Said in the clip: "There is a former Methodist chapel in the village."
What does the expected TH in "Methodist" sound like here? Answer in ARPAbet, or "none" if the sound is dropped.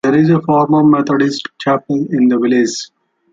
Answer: T